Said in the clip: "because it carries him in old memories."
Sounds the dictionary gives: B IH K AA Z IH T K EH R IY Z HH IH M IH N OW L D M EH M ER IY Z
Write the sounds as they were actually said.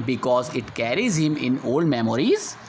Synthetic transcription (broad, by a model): B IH K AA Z IH T K EH R IY Z HH IH M IH N OW L D M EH M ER IY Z